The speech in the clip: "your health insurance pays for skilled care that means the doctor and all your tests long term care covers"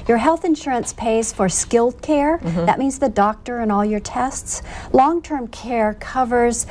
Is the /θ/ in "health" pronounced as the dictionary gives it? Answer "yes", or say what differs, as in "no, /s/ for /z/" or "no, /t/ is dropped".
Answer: yes